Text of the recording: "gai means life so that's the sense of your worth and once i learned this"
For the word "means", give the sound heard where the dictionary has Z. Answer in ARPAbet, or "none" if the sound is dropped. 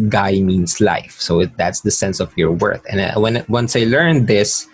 S